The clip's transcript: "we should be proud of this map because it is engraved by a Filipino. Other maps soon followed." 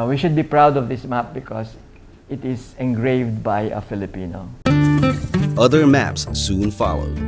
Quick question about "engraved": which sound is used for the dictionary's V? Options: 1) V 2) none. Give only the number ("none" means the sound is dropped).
1